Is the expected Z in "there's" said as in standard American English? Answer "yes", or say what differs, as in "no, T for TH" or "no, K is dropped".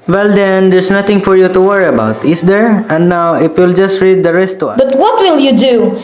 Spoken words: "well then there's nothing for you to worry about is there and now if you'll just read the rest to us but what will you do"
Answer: no, S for Z